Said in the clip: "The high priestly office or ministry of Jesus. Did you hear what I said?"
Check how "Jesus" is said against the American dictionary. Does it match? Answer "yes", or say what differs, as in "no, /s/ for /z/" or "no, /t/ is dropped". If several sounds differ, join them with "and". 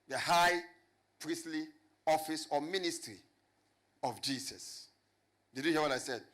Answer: no, /s/ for /z/